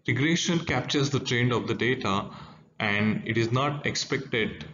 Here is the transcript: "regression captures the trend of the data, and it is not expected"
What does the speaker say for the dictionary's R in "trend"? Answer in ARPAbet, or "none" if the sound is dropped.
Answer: R